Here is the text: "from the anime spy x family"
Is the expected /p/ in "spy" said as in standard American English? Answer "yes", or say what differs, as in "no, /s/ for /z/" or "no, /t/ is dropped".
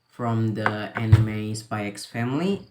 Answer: no, /b/ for /p/